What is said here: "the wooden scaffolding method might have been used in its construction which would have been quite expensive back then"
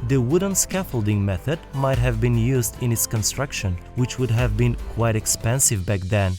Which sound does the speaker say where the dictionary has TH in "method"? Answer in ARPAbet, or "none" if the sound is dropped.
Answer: TH